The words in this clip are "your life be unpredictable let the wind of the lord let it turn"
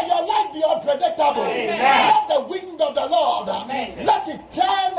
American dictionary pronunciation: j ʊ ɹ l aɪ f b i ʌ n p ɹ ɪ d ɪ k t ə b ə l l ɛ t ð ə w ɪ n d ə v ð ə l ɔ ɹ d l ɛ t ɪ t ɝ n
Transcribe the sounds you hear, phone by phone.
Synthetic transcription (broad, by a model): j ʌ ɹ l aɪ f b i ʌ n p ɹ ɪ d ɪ k t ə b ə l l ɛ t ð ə w ɪ n d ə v ð ə l ɔ ɹ d l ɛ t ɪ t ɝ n